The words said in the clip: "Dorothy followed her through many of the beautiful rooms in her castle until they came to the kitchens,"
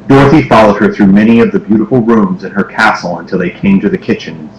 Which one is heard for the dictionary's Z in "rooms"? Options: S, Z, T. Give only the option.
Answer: Z